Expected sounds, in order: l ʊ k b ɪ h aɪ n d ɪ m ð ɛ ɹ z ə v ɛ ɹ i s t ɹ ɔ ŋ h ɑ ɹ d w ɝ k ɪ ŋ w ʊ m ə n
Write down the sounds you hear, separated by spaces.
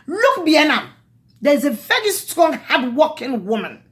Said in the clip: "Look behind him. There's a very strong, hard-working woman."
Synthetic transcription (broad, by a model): l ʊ k b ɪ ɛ n ɪ m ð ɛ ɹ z ə v ɛ ɹ i s t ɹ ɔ ŋ h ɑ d w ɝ k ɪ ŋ w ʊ m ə n